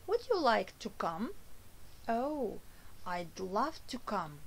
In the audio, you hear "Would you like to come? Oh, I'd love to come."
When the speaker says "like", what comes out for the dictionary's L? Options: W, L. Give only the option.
L